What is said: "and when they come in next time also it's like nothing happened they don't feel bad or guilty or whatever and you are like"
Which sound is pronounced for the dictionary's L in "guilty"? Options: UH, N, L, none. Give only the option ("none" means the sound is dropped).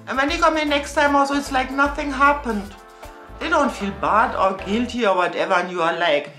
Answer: L